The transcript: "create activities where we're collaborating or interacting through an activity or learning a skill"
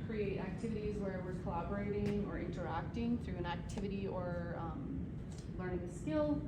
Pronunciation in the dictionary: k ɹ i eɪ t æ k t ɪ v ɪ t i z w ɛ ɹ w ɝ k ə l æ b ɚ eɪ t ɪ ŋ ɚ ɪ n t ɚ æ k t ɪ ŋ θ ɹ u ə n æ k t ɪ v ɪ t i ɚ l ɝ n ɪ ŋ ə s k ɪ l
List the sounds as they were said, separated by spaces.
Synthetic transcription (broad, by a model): k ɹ i eɪ t æ k t ɪ v ɪ t i z w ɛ ɹ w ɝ k ə l æ b ɚ eɪ t ɪ ŋ ɚ ɪ n t ɚ æ k t ɪ ŋ θ ɹ u ə n æ k t ɪ v ɪ t i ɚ l ɝ n ɪ ŋ s k ɪ l